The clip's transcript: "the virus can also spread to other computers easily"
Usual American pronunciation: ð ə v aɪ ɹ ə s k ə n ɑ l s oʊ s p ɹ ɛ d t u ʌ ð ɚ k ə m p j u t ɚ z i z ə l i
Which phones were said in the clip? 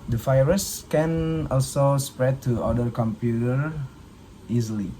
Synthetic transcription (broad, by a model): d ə f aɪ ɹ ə s k ə n ɑ l s oʊ s p ɹ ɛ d t u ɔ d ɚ k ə m p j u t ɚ i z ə l i